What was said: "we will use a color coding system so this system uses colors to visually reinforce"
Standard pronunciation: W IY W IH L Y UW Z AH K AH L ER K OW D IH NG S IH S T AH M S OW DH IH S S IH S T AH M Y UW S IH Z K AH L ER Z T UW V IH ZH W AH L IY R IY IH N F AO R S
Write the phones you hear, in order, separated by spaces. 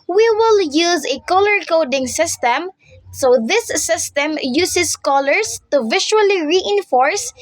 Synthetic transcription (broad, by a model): W IY W IH L Y UW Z AH K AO L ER K OW D IH NG S IH S T AH M S OW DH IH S S IH S T AH M Y UW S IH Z K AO L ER S T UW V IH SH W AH L IY R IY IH N F AO R S